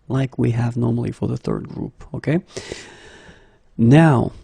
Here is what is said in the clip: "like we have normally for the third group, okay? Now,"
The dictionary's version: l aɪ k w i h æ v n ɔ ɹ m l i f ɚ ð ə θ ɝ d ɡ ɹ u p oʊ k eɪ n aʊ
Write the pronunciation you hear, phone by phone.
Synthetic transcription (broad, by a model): l aɪ k w i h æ v n ɔ ɹ m l i f ɚ ð ə θ ɝ d ɡ ɹ u p oʊ k eɪ n aʊ